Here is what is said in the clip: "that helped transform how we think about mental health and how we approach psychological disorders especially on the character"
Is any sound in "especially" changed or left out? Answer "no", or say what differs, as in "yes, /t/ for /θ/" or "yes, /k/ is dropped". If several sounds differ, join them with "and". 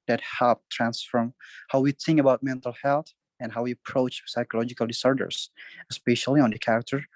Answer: no